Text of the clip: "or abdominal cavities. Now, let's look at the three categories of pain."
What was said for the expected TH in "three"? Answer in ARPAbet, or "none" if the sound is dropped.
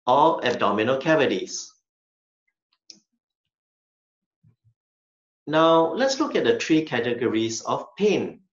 T